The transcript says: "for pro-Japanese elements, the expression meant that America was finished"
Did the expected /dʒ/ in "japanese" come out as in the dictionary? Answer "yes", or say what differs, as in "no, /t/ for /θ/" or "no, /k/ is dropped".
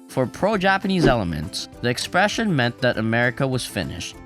yes